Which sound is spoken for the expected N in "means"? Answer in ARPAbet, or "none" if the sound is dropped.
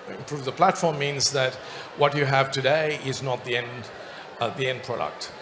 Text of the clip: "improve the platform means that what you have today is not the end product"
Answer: N